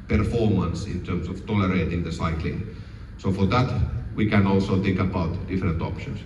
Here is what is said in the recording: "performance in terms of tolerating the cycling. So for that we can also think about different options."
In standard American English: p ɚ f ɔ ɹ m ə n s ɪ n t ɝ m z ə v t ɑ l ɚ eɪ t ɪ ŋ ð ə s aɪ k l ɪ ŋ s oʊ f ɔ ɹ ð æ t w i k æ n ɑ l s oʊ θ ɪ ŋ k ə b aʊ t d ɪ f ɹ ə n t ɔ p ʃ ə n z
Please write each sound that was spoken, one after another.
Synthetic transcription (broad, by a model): p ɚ f ɔ ɹ m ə n s ɪ n t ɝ m s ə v t ɑ l ɚ eɪ t ɪ ŋ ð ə s aɪ k l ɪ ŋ s oʊ f ɔ ɹ ð æ t w i k æ n ɑ l s oʊ θ ɪ ŋ k ə b aʊ t d ɪ f ɹ ə n t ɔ p ʃ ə n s